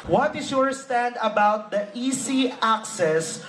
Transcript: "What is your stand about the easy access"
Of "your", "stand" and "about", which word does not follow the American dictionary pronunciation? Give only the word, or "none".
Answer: none